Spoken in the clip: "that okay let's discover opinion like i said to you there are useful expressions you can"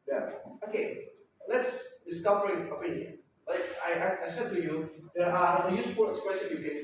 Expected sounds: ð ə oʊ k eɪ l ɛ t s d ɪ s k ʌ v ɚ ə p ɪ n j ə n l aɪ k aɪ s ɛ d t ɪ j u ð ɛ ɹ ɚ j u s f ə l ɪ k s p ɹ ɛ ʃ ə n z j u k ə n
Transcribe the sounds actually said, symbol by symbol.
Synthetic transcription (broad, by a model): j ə oʊ k eɪ l ɛ t s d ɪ s k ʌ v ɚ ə p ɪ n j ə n l aɪ k aɪ s ɛ d t ɪ j u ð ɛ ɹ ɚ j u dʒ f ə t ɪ k s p ɹ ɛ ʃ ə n j u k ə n